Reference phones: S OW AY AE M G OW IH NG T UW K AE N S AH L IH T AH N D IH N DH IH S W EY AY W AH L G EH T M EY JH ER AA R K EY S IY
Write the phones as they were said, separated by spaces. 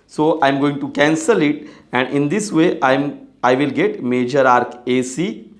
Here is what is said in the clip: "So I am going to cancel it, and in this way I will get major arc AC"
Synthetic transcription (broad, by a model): S OW AY M G OW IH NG T UW K AE N S AH L IH T AH N D IH N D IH S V EY AY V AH L G EH T M EY JH ER AA R K EY S IY